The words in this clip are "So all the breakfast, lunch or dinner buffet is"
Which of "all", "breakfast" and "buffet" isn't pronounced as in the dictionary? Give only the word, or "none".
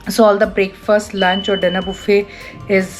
none